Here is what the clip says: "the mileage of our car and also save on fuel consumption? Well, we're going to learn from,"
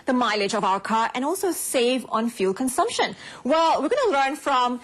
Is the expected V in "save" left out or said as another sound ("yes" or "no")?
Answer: no